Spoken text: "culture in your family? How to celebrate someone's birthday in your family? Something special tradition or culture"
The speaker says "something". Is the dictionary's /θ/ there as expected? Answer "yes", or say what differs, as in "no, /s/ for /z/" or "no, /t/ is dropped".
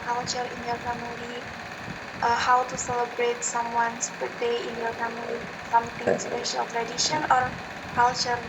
no, /t/ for /θ/